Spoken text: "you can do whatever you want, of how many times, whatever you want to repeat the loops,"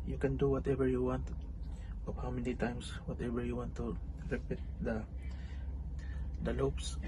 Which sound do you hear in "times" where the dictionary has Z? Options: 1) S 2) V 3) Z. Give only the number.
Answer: 1